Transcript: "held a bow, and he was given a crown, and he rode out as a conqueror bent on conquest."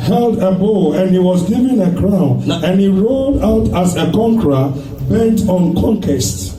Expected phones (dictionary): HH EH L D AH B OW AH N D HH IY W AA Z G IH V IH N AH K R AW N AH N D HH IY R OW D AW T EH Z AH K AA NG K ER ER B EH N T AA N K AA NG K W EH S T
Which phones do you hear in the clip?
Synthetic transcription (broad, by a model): HH EH L D AH B OW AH N HH IY W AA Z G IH V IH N AH K R AW N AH N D HH IY R OW D AW T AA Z AH K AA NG K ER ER B EH N T AA N K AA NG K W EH S T